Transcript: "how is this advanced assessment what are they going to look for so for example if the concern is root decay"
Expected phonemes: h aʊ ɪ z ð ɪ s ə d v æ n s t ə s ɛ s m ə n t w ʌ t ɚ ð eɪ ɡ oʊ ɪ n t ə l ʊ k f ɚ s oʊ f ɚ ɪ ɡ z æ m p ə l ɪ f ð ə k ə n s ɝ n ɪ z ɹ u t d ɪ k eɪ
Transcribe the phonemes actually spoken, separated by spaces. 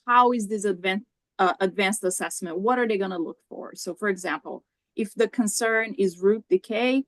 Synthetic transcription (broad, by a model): h aʊ ɪ z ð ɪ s ə d v æ n s t ə s ɛ s m ə n t w ʌ t ɚ ð eɪ ɡ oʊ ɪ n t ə l ʊ k f ɚ s oʊ f ɚ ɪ ɡ z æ m p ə l ɪ f ð ə k ə n s ɝ n ɪ z ɹ u t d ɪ k eɪ